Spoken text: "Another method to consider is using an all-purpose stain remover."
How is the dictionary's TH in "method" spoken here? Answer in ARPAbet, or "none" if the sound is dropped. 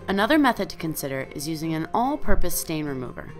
TH